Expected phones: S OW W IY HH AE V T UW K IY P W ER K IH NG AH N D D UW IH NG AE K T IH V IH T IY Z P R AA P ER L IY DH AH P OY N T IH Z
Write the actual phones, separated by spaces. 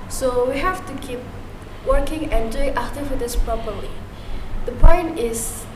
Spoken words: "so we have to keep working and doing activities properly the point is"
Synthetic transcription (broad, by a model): S OW W IY HH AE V T UW K IY P W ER K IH NG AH N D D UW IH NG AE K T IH F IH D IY S P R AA P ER L IY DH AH P OY N T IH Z